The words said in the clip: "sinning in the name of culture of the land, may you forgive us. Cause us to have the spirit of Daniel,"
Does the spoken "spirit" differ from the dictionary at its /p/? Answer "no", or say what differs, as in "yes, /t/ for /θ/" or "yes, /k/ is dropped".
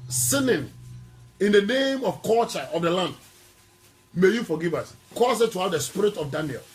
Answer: no